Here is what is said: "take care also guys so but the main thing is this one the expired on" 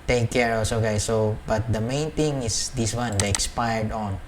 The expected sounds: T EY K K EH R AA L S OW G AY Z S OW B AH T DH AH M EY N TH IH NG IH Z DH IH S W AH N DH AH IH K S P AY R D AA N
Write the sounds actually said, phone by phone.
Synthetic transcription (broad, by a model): T EY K K EH R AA S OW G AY S OW B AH T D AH M EY N T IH NG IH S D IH S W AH N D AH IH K S P AY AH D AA N